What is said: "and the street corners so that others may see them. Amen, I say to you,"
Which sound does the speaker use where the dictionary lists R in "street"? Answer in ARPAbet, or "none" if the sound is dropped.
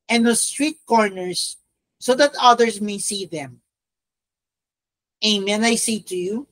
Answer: R